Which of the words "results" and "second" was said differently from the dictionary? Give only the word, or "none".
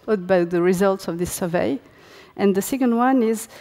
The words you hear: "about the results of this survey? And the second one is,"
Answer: none